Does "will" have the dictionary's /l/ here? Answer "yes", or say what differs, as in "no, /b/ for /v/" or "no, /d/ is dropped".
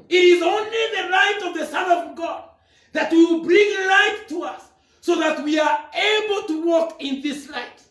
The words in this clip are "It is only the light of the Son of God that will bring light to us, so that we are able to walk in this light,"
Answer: no, /w/ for /l/